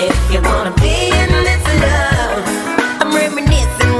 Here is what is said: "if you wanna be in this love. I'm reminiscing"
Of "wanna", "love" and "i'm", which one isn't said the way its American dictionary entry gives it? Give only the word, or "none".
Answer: love